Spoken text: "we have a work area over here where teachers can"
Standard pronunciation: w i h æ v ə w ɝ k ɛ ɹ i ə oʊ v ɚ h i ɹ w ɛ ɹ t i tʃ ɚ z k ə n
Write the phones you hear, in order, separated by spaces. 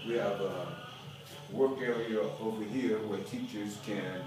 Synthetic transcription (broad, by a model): w i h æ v ə w ɝ k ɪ i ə v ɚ h i ɹ w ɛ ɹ t i tʃ ɚ z k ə n